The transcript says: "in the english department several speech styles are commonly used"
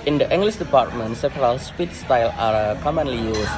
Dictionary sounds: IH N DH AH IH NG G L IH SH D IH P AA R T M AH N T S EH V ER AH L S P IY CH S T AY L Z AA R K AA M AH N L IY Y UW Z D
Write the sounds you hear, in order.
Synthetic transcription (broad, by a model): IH N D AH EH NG G L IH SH D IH P AA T M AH N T S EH P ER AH L S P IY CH S T AY L AA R K AA M AH N L IY Y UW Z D